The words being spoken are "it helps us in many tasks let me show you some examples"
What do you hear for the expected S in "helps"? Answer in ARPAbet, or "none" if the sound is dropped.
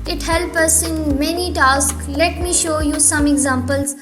none